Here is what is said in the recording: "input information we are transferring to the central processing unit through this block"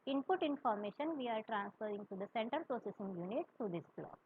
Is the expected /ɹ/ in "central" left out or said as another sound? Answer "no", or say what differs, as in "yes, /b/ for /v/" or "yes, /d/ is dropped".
yes, /ɹ/ is dropped